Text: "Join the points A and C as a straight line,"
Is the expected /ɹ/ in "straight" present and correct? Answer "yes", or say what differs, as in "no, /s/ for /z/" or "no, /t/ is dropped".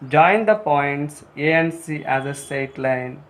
no, /ɹ/ is dropped